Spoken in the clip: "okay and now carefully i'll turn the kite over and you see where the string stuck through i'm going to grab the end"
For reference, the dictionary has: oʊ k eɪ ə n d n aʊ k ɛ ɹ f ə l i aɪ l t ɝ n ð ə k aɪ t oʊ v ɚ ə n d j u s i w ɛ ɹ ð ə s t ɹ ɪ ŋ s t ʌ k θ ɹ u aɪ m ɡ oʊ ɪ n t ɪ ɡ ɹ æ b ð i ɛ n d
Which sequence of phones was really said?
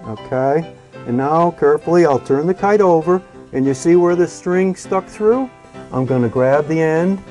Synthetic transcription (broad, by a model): oʊ k eɪ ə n n aʊ k ɛ ɹ f l i aɪ l t ɝ n ð ə k aɪ t oʊ v ɚ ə n j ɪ s i w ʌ ɹ ð ə s t ɹ ɪ ŋ s t ʌ k θ ɹ u aɪ m ɡ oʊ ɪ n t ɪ ɡ ɹ æ b ð i ɛ n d